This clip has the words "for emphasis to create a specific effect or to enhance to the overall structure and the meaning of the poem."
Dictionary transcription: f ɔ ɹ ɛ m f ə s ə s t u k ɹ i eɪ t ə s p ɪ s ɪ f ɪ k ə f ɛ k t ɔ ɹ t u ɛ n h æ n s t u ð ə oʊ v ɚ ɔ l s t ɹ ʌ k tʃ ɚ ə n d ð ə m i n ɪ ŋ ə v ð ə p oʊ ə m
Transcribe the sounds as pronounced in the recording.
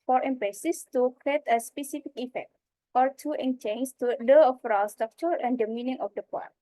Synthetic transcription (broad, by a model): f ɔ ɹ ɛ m p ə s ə s t u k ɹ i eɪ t ə s p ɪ s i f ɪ k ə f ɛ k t ɔ ɹ t u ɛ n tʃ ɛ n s t u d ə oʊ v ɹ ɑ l s t ɹ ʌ k tʃ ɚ ə n d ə m i n ɪ ŋ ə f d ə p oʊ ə